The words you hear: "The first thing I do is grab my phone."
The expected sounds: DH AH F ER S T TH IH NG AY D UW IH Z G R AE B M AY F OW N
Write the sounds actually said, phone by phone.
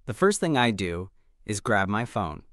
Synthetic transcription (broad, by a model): DH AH F ER S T TH IH NG AY D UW IH Z G R AE B M AY F OW N